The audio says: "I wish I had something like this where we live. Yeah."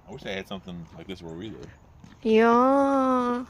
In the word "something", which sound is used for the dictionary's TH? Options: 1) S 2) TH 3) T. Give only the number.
2